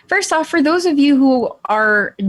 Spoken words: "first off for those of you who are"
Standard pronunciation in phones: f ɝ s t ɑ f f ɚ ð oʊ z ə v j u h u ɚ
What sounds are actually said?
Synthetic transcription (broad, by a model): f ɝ s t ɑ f f ɚ ð oʊ z ə v j u h u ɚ